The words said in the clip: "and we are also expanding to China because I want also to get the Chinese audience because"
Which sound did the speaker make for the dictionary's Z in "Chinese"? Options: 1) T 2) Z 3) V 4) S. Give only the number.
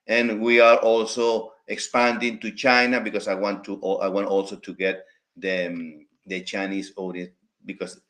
4